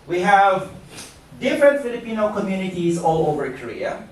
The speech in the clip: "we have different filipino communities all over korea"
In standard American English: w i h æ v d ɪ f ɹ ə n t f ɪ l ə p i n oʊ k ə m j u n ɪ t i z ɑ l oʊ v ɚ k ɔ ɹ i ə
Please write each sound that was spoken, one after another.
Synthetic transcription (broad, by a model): w i h æ v d ɪ f ɹ ə n t f ɪ l ə p i n oʊ k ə m j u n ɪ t i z ɑ l oʊ v ɚ k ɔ ɹ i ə